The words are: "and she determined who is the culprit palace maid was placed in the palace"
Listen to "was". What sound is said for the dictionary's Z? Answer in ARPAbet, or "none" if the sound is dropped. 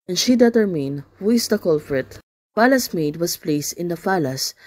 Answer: S